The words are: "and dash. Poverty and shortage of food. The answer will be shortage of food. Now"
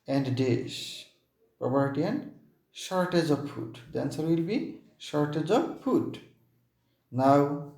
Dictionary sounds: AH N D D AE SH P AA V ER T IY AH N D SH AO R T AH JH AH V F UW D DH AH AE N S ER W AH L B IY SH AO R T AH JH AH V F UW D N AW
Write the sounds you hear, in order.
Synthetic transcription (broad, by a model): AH N D D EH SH P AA P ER T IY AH N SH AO R T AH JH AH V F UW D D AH N S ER W AH L B IY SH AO R T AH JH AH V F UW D N AW